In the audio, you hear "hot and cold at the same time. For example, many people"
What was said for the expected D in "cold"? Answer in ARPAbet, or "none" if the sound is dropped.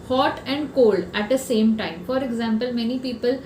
D